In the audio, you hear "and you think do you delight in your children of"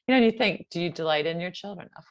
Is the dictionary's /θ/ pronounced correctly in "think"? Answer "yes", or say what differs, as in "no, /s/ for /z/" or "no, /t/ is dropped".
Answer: yes